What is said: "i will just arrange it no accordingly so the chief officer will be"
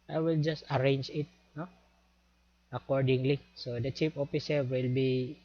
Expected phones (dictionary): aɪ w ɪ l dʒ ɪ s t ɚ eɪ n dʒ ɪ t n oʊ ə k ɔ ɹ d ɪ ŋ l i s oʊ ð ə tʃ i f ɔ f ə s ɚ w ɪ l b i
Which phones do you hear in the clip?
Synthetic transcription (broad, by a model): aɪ w ɪ l dʒ ɪ s t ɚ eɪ n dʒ ɪ t n oʊ ə k ɔ ɹ d ɪ ŋ l i s oʊ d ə tʃ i p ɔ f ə s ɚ w ɪ l b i